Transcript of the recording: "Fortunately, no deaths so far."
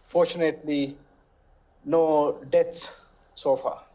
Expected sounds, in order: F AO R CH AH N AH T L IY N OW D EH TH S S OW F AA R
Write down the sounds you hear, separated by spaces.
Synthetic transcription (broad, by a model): F AO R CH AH N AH T L IY N OW D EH T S S OW F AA